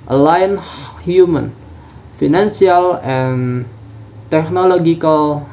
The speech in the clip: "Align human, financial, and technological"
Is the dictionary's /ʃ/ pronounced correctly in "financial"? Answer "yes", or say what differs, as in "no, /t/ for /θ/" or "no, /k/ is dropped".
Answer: no, /s/ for /ʃ/